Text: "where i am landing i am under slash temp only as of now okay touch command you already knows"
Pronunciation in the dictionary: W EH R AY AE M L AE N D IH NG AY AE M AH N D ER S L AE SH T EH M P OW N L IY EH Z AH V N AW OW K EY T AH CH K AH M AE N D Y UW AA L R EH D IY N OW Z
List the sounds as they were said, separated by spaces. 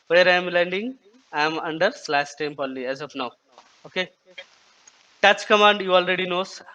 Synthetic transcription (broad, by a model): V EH R AY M L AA N D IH NG AY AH M AH N D ER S L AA S T EH M P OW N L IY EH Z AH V N AW OW K EY T AH CH K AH M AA N D Y UW AA L R EH D IY N OW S